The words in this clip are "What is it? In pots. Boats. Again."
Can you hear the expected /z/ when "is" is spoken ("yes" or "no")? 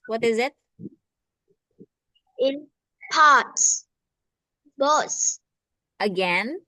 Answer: yes